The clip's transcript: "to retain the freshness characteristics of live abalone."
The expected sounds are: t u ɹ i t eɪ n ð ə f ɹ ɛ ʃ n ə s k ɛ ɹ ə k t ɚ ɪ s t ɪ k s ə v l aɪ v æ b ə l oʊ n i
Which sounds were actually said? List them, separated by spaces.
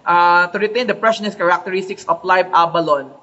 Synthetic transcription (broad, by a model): t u ɹ i t eɪ n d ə p ɹ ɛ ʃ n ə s k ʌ ɹ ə k t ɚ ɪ s t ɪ k s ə f l aɪ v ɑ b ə l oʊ n